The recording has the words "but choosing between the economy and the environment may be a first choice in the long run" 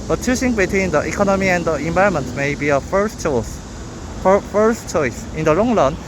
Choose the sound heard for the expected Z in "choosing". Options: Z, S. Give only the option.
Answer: S